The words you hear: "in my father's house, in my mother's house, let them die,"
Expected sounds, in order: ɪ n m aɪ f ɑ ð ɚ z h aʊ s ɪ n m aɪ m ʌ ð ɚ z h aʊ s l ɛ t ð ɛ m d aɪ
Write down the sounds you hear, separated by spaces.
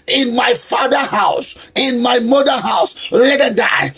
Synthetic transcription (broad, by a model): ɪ n m aɪ f ɑ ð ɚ h aʊ s ɪ n m aɪ m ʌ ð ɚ h aʊ s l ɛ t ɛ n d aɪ